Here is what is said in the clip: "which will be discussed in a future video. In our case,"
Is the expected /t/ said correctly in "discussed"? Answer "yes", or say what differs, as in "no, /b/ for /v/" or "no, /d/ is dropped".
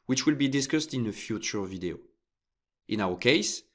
yes